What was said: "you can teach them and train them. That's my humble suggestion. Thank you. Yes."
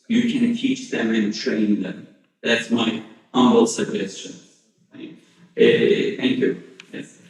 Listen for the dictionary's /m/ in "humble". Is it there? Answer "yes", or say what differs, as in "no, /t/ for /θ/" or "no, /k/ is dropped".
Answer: no, /m/ is dropped